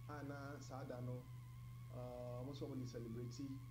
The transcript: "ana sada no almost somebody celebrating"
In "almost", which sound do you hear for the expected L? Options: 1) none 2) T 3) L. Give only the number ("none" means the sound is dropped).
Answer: 1